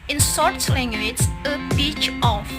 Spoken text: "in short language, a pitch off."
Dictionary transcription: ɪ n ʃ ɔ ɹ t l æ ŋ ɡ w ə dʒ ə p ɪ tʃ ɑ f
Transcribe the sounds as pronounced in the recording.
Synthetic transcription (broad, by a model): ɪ n s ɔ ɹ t l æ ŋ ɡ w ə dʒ ə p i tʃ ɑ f